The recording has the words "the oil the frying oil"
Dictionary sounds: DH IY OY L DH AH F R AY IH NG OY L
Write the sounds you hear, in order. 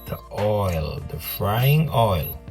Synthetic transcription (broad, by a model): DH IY OY L DH AH F R AY IH NG OY L